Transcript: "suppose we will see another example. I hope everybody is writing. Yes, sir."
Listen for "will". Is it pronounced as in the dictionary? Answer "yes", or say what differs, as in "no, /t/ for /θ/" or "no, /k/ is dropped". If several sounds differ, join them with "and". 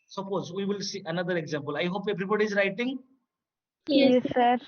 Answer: yes